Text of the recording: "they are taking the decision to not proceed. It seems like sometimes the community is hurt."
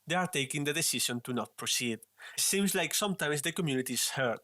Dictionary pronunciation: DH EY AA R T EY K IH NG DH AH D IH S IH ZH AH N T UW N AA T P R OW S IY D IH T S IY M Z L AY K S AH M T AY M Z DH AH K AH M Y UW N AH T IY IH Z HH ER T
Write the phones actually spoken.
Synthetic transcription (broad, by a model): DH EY AA R T EY K IH NG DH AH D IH S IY SH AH N T UW N AA T P R OW S IY D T S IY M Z L AY K S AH M T AY M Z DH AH K AH M Y UW N AH T IY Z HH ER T